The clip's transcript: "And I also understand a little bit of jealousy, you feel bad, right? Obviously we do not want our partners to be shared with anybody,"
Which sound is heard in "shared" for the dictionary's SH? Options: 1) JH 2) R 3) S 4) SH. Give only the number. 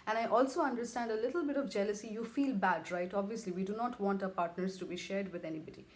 4